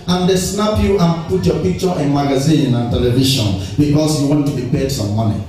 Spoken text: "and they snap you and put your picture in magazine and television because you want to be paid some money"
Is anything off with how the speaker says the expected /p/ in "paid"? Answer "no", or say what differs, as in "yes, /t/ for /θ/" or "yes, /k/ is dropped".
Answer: no